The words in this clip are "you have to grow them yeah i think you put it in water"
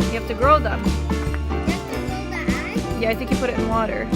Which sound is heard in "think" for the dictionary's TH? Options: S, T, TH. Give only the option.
TH